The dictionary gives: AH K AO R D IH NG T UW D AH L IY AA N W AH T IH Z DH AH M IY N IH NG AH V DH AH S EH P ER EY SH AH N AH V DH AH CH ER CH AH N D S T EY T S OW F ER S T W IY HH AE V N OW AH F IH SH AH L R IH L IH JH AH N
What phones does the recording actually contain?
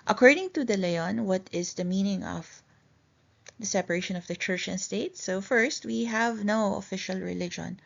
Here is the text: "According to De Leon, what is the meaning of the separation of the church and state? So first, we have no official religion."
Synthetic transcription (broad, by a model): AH K AO R D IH NG T UW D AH L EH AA N W AH T IH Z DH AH M IY N IH NG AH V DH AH S EH P ER EY SH AH N AH V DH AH CH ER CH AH N S T EY T S OW F ER S T W IY HH AE V N OW AH F IH SH AH L R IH L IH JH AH N